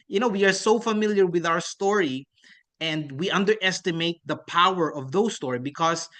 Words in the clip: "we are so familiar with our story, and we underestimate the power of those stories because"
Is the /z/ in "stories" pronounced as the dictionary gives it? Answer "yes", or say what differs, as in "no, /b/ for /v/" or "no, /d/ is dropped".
no, /z/ is dropped